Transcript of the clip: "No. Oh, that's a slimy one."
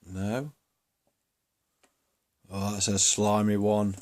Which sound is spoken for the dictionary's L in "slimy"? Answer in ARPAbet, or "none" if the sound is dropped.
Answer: L